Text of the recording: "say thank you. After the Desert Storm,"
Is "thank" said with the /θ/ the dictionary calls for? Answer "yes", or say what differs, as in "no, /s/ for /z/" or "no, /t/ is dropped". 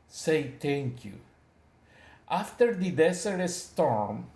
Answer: no, /t/ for /θ/